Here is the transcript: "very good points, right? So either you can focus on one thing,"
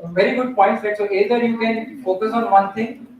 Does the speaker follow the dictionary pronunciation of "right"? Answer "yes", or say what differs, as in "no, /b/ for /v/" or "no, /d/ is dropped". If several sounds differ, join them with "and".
no, /l/ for /ɹ/